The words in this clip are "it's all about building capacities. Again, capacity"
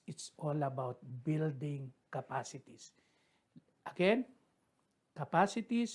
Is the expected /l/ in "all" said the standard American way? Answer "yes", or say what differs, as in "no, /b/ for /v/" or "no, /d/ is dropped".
yes